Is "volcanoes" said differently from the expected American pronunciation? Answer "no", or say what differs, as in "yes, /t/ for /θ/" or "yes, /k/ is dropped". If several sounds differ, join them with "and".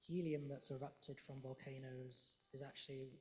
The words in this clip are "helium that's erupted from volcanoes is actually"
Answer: no